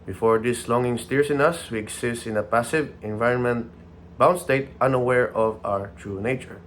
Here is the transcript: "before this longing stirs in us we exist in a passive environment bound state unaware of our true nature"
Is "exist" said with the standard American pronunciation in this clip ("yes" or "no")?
no